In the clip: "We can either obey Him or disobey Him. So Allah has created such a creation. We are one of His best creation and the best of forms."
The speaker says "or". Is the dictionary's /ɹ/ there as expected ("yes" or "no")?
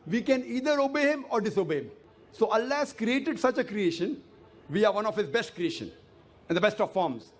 yes